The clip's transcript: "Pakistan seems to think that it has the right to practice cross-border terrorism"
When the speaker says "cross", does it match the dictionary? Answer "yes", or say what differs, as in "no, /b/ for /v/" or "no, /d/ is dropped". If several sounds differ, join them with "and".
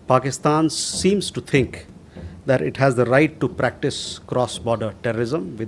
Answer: yes